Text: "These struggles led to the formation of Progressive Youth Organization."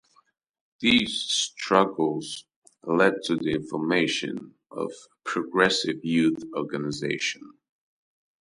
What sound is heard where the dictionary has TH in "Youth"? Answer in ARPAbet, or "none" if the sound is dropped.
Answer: TH